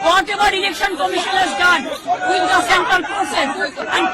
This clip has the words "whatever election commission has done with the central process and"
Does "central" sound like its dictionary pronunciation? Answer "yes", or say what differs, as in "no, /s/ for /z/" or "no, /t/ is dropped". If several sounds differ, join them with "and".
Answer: no, /ɹ/ is dropped